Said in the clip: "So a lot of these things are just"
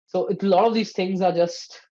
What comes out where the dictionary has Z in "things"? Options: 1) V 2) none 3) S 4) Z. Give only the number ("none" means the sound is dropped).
4